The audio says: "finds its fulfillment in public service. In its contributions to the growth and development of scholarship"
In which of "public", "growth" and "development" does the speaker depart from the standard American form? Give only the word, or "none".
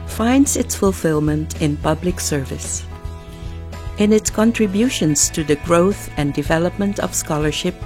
none